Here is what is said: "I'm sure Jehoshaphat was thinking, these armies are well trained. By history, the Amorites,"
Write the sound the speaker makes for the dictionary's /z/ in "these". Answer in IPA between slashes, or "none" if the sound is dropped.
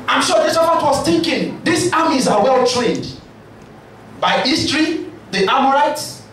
/s/